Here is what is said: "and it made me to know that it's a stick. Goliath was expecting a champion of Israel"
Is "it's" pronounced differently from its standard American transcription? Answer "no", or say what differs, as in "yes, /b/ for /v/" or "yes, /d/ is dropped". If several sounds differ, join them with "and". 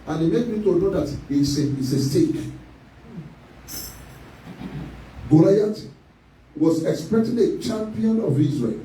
yes, /s/ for /t/